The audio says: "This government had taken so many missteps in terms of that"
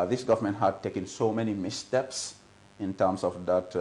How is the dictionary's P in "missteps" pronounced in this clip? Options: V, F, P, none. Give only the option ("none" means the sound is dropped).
P